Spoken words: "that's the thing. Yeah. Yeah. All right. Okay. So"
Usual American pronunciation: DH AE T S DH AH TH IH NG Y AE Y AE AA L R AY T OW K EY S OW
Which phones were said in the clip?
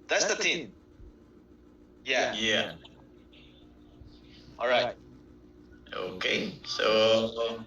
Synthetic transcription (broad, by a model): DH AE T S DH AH T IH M Y AE Y AE AA L R AY T OW K EY S OW